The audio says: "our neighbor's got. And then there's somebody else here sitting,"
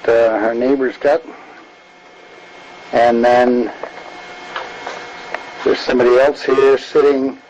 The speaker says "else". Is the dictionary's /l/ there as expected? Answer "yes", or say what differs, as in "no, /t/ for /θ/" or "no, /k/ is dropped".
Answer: yes